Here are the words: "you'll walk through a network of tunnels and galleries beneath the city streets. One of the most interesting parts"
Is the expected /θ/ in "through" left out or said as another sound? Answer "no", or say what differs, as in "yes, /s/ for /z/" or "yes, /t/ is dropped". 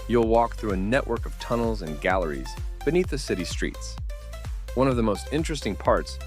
no